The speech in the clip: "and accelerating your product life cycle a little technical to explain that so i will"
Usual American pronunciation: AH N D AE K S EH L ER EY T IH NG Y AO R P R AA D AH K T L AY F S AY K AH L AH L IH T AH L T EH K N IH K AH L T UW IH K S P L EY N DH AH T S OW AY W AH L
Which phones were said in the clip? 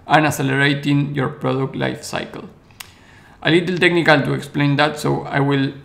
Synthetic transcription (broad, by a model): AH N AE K S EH L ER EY T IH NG Y AO R P R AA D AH K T L AY F S AY K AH L AH L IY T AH L T EH K N IH K AH L T UW IH K S P L EY N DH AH T S OW AY W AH L